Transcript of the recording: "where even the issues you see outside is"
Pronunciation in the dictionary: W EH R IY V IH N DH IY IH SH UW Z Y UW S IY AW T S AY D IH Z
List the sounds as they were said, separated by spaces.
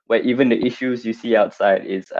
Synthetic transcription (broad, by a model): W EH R IY V IH N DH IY IH SH UW Z Y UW S IY AW T S AY D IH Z